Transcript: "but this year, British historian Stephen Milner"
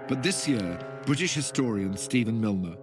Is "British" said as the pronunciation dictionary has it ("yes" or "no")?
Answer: yes